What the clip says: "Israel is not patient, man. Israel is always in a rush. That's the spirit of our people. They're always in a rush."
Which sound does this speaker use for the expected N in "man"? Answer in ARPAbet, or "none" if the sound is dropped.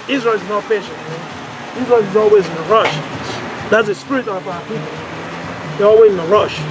none